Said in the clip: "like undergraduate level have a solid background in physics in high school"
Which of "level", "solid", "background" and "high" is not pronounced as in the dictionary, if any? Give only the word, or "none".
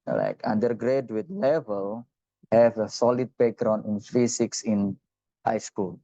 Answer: background